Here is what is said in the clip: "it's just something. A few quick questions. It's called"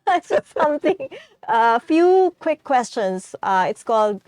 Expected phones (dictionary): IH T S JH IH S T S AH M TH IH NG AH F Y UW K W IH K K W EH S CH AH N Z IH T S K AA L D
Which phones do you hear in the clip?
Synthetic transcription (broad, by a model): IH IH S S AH M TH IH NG AH F Y UW K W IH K K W EH S CH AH N S IH T S K AA L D